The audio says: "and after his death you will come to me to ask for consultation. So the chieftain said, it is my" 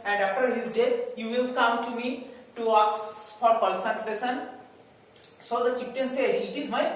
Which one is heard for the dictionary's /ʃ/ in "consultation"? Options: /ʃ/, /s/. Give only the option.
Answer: /s/